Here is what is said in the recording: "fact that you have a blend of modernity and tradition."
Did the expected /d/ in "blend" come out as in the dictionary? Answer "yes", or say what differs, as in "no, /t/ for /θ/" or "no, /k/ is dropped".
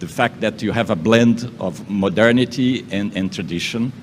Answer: yes